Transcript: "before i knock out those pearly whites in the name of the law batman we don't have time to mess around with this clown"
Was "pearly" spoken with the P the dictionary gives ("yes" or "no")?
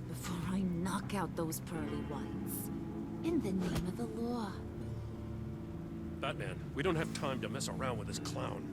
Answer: yes